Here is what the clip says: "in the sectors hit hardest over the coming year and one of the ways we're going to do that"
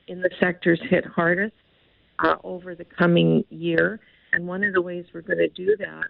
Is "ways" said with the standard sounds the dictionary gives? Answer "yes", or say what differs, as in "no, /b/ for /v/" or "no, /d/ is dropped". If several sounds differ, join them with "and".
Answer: yes